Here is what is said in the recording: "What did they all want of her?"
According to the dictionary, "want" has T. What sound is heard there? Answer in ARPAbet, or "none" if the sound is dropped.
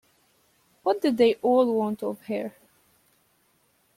T